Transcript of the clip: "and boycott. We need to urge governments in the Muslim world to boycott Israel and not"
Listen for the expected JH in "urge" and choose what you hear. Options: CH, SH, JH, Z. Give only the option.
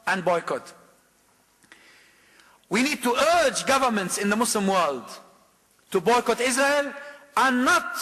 JH